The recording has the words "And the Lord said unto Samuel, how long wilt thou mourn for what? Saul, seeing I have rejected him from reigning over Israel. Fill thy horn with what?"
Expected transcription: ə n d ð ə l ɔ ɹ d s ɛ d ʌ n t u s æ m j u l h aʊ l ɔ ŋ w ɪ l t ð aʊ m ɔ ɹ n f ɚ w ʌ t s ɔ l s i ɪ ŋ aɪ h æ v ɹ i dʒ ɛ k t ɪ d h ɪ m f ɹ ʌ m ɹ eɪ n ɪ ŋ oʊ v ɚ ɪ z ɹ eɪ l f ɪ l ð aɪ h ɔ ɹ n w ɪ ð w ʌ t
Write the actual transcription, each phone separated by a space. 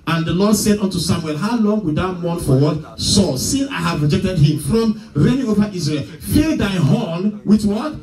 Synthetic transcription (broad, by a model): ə n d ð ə l ɔ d s ɛ d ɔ n t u s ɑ m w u l h aʊ l ɔ ŋ w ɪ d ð aʊ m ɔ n f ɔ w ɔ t s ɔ s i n aɪ h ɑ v ɹ i dʒ ɛ k t ɪ d h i m f ɹ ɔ m ɹ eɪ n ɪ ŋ oʊ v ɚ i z ɹ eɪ l f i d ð aɪ h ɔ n w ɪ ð w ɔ t